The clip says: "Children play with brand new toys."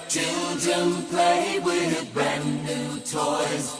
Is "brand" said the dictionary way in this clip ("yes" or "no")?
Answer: no